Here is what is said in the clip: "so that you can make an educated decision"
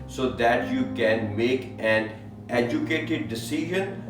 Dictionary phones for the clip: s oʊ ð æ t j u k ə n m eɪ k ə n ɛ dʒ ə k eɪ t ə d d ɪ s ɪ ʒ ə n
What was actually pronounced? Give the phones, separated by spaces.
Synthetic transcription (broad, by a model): s oʊ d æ t j u k ə n m eɪ k ə n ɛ dʒ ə k eɪ t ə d d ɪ s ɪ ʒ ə n